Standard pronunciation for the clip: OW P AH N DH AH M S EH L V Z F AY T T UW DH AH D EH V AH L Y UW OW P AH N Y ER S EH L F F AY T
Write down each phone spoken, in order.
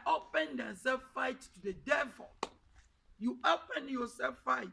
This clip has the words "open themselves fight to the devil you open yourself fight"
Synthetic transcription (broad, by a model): OW P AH N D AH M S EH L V F AY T T UW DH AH D EH V AH L Y UW OW P AH N Y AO S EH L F F AY T